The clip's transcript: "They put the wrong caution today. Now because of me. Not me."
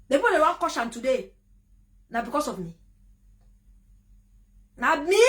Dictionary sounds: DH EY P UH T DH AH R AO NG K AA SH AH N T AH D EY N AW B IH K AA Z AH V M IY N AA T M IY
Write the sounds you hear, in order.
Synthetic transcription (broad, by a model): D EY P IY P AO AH W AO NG K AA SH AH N T AH D EY N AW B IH K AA S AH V M IY N AA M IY